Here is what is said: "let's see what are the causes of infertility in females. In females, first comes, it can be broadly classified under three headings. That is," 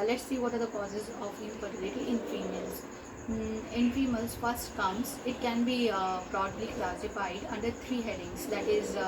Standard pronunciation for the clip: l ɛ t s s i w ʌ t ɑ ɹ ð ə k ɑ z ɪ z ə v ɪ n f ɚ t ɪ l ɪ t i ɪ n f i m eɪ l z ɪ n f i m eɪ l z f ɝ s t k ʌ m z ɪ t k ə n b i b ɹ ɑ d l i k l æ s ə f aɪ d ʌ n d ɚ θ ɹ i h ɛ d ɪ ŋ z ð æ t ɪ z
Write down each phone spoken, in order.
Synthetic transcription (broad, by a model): l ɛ t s s i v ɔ t ɑ ɹ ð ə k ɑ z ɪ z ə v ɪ f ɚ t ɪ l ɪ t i ɪ n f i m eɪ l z ɪ n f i m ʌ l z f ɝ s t k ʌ m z ɪ t k ə n b i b ɹ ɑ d l i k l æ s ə f aɪ d ʌ n d ɚ t ɹ i h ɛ d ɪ ŋ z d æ t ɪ z